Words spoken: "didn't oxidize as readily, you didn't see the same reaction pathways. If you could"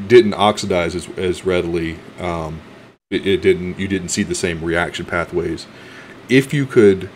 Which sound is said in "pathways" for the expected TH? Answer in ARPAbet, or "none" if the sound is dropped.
TH